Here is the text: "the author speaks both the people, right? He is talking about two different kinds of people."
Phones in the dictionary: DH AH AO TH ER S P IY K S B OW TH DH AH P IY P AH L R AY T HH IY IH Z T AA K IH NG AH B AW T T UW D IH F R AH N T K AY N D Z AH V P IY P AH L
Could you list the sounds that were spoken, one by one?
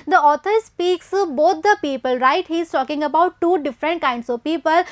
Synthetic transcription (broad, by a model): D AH AO T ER S P IY K S B OW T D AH P IY P AH L R AY T HH IY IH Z T AA K IH NG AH B AW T T UW D IH F R AH N T K AY N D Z AH V P IY P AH L